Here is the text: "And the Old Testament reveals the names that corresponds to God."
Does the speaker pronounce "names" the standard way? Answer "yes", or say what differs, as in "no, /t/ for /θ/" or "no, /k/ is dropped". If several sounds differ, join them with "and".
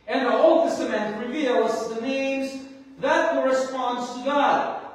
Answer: yes